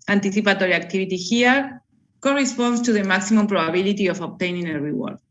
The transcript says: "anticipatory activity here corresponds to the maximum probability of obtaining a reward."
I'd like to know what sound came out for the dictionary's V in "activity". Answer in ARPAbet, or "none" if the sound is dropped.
B